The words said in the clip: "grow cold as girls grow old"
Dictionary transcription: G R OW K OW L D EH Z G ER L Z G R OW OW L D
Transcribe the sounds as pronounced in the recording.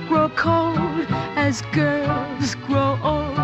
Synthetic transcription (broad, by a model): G R OW K OW L D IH Z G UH Z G R OW OW L